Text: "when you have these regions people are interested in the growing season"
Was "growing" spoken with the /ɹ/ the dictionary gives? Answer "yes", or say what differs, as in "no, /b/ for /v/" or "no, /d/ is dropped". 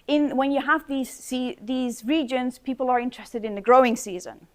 yes